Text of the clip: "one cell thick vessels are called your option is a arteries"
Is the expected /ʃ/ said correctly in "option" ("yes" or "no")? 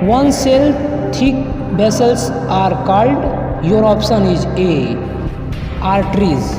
no